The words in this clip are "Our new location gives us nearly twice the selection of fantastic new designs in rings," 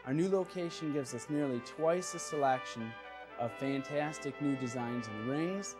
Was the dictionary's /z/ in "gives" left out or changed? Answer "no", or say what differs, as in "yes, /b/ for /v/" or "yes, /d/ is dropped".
no